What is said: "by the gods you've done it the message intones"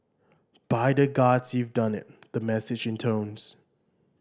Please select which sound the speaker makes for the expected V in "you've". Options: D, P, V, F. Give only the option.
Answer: V